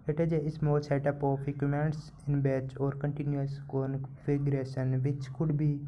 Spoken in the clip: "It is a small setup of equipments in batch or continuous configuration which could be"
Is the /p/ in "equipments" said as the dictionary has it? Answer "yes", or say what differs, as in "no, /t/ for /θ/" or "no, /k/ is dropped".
no, /p/ is dropped